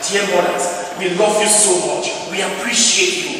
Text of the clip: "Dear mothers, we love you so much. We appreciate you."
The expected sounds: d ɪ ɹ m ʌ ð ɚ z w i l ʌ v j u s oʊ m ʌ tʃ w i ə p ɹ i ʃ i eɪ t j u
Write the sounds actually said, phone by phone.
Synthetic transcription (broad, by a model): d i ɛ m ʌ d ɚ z w i l ʌ v j u s oʊ m ʌ tʃ w i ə p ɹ i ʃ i eɪ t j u